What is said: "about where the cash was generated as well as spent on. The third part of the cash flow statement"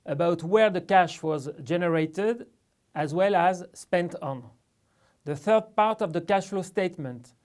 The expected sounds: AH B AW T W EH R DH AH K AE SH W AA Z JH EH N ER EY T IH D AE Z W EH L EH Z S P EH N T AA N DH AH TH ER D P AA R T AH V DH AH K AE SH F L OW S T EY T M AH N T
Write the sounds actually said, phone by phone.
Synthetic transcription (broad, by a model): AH B AW T W EH R DH AH K AE SH W AA Z JH EH N ER EY T IH D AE Z W EH L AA Z S P EH N T AA N DH AH TH ER D P AA R T AH V DH AH K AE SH L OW S T EY T M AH N T